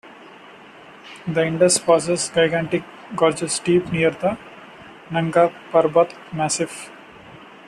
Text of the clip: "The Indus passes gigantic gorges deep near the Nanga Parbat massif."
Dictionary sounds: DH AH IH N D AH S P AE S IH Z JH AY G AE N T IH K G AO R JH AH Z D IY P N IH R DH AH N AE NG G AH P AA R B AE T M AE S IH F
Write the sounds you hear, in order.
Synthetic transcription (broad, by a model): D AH IH N D AH S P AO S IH S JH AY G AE N T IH K G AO R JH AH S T IY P N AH R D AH N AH NG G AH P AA R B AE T M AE S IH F